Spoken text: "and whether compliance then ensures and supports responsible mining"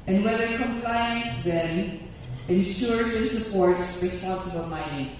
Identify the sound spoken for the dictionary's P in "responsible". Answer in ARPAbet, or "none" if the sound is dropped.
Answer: none